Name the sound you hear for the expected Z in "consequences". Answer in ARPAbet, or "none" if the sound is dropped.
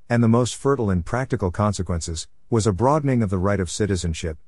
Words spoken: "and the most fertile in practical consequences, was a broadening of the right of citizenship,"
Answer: Z